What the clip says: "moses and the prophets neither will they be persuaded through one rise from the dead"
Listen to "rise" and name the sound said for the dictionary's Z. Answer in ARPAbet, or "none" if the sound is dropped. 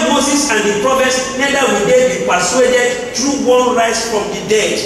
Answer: S